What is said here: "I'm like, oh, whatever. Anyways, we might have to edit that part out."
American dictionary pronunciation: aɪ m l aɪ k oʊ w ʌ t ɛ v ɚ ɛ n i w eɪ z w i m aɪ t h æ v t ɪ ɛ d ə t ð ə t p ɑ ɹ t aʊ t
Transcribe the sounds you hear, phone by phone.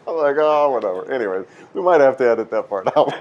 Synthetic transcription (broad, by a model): aɪ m l aɪ k oʊ w ʌ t ɛ v ɚ ɛ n i w eɪ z w i m aɪ t h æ f t ɪ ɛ d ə t ð ə t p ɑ ɹ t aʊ